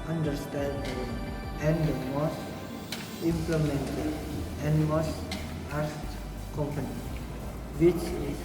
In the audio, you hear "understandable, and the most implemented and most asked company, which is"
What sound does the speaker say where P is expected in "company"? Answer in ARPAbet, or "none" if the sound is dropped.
P